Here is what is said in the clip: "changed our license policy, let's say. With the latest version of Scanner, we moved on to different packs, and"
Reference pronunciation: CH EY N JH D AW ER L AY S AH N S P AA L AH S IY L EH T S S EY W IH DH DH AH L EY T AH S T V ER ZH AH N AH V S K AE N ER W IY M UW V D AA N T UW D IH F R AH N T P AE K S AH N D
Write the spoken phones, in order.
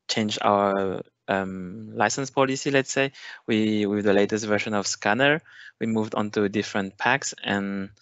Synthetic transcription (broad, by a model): CH EY N JH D AW ER L AY S AH N S P AA L AH S IY L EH T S S EY W IH DH DH AH L EY T AH S T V ER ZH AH N AH V S K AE N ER W IY M UW V D AA N T UW D IH F R AH N T P AE K S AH N